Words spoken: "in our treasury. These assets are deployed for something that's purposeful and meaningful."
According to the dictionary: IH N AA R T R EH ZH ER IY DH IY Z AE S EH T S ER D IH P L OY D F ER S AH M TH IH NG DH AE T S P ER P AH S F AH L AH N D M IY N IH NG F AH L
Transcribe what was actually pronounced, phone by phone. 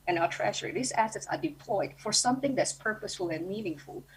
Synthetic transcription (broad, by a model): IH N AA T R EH SH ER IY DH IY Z AE S EH T S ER D IH P L OY D F ER S AH M TH IH NG DH AE T S P ER P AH S F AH L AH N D M IY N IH NG F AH L